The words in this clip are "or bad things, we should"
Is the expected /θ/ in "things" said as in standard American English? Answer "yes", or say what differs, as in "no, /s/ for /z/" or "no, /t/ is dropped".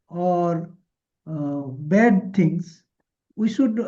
no, /t/ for /θ/